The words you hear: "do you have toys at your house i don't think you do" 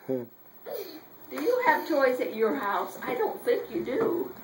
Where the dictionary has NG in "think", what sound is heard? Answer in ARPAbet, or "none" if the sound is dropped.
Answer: none